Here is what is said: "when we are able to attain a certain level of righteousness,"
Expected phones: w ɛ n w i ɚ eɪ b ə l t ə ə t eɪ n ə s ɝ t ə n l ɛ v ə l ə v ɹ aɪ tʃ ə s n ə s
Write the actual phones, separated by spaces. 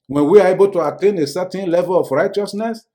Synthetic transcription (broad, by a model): w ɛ n w i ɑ eɪ b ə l t ə ə t eɪ n ə s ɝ t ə n l ɛ v ə l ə f ɹ aɪ tʃ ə s n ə s